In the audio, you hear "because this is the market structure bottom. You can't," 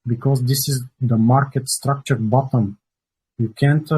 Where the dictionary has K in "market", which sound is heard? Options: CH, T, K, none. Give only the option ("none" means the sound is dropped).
K